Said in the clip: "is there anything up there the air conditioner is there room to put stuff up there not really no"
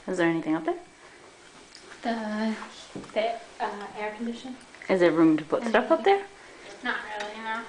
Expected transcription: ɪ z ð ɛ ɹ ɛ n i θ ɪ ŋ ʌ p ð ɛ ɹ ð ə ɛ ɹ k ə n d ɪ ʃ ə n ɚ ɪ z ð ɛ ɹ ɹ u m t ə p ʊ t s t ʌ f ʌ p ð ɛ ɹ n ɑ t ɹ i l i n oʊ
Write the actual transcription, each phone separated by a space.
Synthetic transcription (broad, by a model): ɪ z ð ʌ ɹ ɛ n i θ ɪ ŋ ʌ p ð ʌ ɹ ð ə ɛ ɹ k n d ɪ ʃ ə n ɪ z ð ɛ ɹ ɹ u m t ə p ʊ t s t ʌ f ʌ p ð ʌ ɹ n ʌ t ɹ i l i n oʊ